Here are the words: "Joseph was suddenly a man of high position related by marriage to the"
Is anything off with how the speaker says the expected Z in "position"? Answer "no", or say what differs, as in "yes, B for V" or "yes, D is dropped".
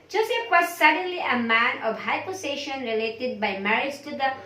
yes, S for Z